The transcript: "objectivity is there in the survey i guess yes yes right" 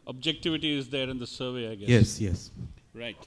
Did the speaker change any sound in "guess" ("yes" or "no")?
yes